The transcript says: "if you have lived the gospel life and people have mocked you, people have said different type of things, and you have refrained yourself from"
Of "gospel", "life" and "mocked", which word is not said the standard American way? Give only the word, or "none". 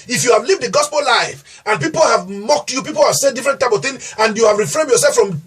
none